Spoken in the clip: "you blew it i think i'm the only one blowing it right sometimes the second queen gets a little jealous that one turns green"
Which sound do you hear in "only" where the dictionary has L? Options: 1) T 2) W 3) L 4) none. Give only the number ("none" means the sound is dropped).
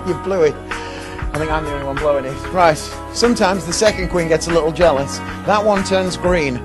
4